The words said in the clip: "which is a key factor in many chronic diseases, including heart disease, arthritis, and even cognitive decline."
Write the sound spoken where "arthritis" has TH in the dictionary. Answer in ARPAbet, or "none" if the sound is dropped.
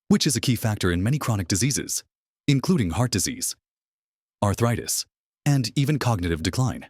TH